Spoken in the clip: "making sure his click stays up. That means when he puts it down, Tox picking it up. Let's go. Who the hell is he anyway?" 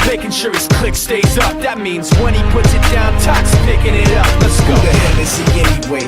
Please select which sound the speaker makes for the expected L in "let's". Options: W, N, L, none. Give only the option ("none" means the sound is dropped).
N